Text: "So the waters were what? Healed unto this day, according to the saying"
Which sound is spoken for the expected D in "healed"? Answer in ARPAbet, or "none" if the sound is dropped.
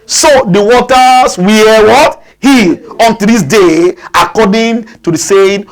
none